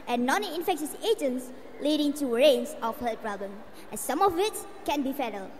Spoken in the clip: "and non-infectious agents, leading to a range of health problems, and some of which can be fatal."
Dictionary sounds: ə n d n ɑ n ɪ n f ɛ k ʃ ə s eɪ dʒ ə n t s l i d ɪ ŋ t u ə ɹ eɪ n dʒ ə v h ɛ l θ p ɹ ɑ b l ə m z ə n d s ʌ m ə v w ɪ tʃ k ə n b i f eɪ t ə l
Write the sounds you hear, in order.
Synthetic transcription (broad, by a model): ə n n ɑ n ɪ n f ɛ k ʃ ə s eɪ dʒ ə n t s l i d ɪ ŋ t u ɹ eɪ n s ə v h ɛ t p ɹ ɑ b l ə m ə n s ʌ m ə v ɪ s k ə n b i f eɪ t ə l